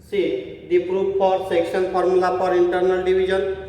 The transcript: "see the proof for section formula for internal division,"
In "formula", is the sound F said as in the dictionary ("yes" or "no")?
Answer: no